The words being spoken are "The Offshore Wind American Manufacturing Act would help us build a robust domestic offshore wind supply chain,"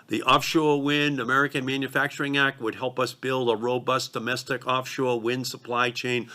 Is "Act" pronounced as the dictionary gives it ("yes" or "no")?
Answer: yes